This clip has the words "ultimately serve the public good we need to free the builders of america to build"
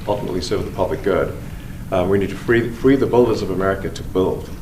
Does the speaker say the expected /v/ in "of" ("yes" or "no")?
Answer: yes